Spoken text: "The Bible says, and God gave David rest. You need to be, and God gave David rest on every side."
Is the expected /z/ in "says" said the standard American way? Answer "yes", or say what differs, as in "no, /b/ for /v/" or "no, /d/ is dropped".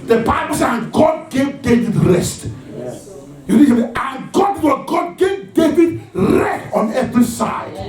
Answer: no, /z/ is dropped